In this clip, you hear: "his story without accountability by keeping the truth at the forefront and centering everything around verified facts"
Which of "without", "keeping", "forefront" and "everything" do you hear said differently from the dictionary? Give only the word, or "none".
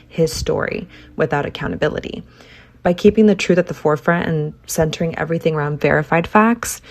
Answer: none